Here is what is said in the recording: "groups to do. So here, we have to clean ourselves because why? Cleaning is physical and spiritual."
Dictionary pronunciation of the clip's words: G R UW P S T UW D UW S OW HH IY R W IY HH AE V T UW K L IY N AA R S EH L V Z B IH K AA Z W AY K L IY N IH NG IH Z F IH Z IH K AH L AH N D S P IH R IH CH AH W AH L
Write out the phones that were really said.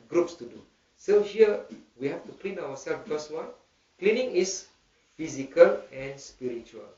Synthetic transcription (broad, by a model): G R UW P S T UW D UW S OW HH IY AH W IY HH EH F T UW K L IY N AA W S EH L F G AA S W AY K L IY N IH NG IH S F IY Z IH K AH L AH N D S P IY R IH CH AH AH L